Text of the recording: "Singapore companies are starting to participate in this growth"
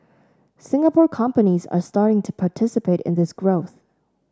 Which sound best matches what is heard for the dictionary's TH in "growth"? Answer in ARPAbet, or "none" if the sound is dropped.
TH